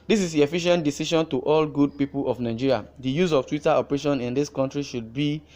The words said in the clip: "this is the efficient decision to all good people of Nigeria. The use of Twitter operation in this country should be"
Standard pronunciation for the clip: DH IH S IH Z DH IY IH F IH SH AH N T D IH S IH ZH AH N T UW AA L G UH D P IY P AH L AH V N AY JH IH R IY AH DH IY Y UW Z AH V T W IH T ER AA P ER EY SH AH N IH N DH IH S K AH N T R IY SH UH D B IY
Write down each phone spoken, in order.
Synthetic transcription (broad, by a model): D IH S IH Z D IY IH F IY SH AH N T D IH S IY SH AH N T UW AA L G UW D P IY P AH L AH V N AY JH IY R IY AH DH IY Y UW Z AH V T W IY T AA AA P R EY SH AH N IH N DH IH S K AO N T R IY SH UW D B IY